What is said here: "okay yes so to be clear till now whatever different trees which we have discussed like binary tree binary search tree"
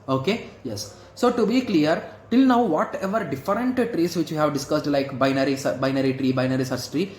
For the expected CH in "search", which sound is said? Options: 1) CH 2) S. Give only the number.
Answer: 2